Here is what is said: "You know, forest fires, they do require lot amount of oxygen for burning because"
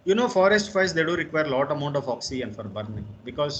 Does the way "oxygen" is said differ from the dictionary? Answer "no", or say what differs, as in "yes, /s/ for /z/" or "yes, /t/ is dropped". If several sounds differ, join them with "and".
yes, /dʒ/ is dropped